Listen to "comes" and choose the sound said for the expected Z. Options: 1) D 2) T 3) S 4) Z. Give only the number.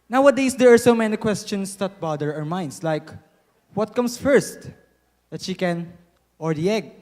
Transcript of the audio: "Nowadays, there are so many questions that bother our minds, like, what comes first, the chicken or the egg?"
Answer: 3